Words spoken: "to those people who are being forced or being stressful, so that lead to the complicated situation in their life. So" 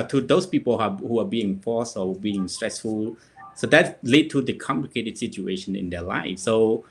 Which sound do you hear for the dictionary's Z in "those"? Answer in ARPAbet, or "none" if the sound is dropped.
S